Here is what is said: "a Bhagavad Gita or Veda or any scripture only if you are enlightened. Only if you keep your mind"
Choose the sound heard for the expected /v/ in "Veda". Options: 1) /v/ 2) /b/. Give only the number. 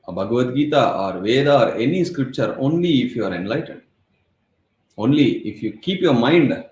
1